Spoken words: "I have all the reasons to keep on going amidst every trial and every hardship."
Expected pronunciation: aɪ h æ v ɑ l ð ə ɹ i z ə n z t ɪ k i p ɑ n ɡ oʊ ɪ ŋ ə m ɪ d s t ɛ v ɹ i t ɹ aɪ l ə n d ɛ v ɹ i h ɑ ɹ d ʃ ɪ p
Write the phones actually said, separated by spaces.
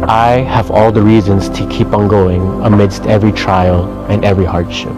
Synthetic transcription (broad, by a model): aɪ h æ v ɑ l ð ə ɹ i z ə n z t ɪ k i p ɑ n ɡ oʊ ɪ ŋ ə m ɪ d s t ɛ v ɹ i t ɹ aɪ l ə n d ɛ v ɹ i h ɑ ɹ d ʃ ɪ p